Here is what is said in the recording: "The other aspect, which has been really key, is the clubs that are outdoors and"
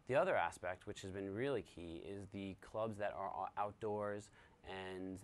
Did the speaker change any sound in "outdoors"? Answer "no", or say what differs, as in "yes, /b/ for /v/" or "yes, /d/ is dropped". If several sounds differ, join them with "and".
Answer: no